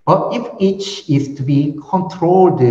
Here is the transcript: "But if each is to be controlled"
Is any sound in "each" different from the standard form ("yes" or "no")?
no